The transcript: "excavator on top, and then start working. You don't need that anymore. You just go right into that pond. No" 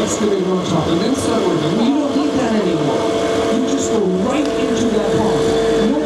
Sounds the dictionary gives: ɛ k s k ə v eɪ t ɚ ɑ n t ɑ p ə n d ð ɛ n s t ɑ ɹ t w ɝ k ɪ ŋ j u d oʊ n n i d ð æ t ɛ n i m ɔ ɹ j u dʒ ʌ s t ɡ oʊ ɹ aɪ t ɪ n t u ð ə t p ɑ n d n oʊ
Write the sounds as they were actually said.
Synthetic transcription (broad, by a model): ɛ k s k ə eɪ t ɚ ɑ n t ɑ ə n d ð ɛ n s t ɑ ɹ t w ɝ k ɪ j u d oʊ n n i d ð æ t ɛ n i m ɔ ɹ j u dʒ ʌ s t ɡ oʊ ɹ aɪ t ɪ n t u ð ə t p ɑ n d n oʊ